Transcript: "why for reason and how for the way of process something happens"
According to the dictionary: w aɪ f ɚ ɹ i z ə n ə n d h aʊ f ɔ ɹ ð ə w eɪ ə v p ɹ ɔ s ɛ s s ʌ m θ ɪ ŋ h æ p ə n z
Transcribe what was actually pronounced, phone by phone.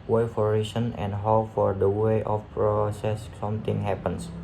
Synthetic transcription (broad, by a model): w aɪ f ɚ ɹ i s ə n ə n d h aʊ f ɔ ɹ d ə w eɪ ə f p ɹ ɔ s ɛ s s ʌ m t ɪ ŋ h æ p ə n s